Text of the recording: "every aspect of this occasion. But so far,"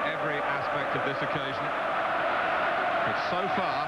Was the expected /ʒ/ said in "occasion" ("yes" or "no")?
yes